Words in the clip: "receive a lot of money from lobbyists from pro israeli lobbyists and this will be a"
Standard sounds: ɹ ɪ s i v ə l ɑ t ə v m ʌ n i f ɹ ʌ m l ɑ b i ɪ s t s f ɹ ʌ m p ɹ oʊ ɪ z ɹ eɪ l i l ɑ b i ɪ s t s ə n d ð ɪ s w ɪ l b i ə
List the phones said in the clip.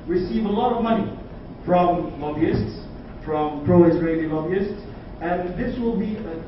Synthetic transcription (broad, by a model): ɹ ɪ s i v ə l ɑ t ə v m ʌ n i f ɹ ʌ m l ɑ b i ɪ s t s f ɹ ʌ m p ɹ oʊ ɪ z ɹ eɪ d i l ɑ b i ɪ s t s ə n ð ɪ s w ɪ l b i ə